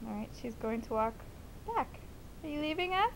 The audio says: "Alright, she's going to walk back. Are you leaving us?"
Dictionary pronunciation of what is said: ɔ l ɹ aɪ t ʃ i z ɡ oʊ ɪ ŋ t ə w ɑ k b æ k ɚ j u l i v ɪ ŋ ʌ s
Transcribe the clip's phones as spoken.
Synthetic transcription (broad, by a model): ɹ aɪ t ʃ i z ɡ oʊ ɪ ŋ t ə w ɑ k b æ k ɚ j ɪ l i v ɪ ŋ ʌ